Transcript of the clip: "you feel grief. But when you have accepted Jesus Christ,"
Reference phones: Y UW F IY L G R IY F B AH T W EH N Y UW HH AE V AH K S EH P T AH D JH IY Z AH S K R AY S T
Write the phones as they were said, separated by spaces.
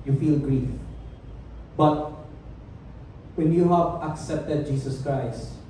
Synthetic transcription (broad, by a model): Y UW F IY L G R IY F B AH T W EH N Y UW HH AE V AH K S EH P T AH D JH IY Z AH S K R AY S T